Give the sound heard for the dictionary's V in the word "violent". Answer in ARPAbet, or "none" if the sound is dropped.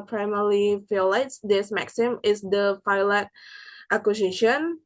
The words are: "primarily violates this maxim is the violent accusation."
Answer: F